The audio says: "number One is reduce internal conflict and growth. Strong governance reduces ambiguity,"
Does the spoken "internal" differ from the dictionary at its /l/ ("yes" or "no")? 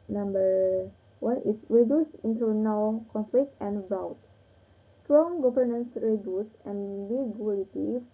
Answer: yes